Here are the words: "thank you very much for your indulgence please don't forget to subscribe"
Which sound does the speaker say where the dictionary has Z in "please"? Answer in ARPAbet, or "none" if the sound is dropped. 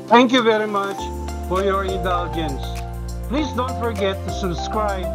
Z